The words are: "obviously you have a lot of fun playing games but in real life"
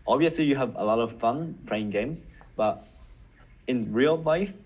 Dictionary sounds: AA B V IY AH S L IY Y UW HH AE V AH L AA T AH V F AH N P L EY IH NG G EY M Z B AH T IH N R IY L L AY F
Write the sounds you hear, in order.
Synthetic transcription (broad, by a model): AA B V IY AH S L IY Y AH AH V AH L AA T AH V F AH N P EY IH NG G EY M Z B AH T IH N R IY L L AY F